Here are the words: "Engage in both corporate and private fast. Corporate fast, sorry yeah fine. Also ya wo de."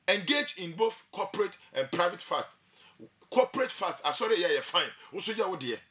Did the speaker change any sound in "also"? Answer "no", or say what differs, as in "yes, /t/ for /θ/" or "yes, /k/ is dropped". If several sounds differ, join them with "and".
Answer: yes, /l/ is dropped